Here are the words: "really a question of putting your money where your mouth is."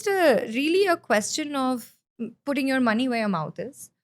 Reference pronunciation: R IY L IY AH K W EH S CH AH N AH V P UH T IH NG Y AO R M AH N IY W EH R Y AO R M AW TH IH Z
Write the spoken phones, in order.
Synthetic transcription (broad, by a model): R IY L IY AH K W EH S CH AH N AH V P UH T IH NG Y AO R M AH N IY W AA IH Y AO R M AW T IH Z